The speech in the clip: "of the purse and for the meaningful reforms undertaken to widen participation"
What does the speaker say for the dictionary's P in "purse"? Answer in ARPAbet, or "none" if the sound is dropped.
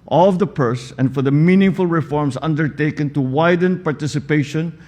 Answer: P